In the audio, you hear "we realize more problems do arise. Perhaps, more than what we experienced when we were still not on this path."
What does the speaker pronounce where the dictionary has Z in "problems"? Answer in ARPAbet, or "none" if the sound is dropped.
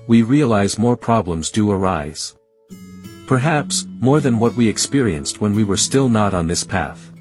Z